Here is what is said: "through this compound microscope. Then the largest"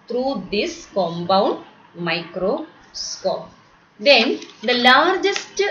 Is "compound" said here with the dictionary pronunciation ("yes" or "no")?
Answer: no